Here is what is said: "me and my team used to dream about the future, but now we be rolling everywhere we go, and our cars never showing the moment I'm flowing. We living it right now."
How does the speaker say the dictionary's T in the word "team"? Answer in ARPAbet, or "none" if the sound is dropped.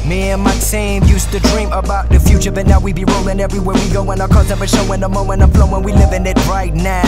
S